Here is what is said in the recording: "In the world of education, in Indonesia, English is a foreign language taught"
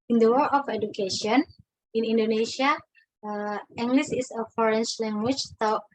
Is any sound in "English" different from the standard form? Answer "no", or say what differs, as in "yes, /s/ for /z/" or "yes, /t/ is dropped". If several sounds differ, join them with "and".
yes, /s/ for /ʃ/